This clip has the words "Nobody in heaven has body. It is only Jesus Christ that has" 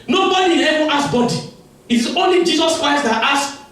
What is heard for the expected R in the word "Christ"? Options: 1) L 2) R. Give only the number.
2